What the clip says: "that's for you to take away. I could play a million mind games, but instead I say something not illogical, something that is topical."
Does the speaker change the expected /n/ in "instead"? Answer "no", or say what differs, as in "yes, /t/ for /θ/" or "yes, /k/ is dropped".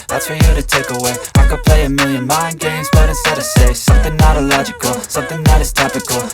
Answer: yes, /n/ is dropped